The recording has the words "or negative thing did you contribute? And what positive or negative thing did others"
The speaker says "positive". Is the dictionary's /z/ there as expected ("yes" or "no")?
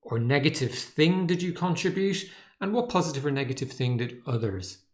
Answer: yes